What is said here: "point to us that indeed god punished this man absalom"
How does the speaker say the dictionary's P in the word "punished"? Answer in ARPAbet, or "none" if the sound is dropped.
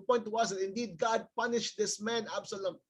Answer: P